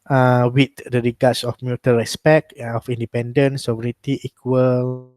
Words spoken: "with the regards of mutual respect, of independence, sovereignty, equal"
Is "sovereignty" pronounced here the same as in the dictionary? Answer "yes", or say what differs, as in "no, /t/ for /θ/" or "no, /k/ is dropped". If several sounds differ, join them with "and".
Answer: no, /n/ is dropped